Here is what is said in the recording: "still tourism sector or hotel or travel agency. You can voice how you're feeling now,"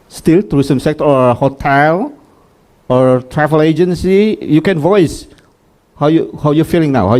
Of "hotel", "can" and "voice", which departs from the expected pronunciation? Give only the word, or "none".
none